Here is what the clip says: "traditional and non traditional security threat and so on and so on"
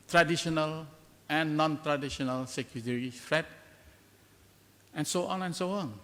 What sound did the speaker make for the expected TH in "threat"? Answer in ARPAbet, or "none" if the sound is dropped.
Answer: F